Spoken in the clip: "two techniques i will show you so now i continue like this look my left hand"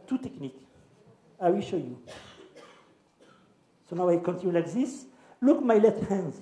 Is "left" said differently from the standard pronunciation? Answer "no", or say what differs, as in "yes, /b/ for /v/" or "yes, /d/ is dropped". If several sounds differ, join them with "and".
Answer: yes, /f/ is dropped